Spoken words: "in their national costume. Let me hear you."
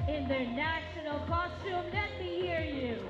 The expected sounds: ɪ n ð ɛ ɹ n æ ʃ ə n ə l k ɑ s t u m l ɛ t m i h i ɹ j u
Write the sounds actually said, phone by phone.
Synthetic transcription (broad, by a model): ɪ n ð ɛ ɹ n æ ʃ ə n ə l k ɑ s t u m n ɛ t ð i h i ɹ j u